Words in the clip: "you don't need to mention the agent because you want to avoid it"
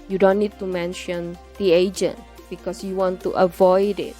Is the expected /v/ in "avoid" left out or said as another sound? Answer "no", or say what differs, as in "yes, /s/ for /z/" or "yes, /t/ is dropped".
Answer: no